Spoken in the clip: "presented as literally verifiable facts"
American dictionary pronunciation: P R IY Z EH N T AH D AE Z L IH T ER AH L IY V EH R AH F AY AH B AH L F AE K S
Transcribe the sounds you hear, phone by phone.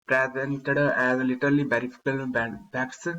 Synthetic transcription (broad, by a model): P R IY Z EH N T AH D AE Z L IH T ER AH L IY B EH R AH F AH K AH L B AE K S